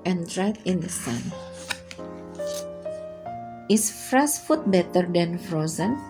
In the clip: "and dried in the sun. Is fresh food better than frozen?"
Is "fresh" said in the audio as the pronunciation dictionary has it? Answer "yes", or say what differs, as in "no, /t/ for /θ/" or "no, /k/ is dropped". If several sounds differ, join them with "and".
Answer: no, /s/ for /ʃ/